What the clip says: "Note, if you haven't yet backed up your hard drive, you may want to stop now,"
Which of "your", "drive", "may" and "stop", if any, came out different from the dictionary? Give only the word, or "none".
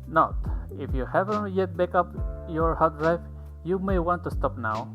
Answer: drive